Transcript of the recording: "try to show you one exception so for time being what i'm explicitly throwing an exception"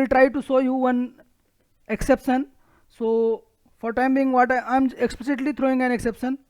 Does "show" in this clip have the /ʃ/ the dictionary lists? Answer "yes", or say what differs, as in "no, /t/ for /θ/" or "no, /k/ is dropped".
no, /s/ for /ʃ/